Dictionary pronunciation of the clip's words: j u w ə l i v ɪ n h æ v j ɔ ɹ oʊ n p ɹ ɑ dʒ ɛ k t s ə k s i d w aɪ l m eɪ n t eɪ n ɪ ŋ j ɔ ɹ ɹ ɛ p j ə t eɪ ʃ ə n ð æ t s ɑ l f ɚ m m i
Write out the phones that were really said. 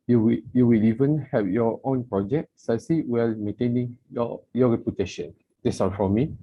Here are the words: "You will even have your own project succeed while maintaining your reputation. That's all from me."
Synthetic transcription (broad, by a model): j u w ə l i v ɪ n h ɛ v j ɔ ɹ oʊ n p ɹ ɑ dʒ ɛ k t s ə s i w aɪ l m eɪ n t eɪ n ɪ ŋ j ɔ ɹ ɹ ɛ p j ə t eɪ ʃ ə n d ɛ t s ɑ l f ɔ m m i